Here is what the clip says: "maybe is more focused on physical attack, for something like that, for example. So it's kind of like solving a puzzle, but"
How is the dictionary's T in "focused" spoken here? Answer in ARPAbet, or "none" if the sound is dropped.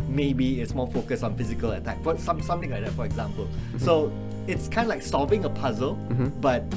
none